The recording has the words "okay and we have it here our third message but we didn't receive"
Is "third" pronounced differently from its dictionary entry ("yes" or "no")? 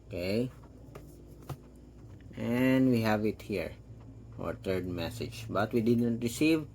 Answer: yes